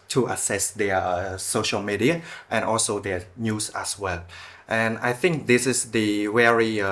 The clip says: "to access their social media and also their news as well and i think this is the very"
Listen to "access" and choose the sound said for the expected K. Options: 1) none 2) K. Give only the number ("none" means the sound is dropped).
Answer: 1